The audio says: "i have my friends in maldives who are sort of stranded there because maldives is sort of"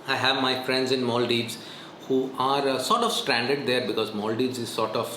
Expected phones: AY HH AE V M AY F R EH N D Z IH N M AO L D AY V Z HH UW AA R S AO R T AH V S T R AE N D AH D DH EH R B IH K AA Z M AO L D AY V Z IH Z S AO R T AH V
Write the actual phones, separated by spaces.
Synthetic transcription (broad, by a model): AY HH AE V M AY F R EH N D Z IH N M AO L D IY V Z HH UW AA R S AO R T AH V S T R AE N D AH D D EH R B IH K AA Z M AO L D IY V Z IH Z S AO R T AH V